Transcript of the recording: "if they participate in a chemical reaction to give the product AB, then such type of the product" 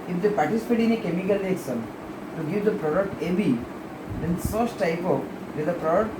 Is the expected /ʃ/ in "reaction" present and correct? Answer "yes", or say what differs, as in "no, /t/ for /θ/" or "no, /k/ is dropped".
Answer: no, /s/ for /ʃ/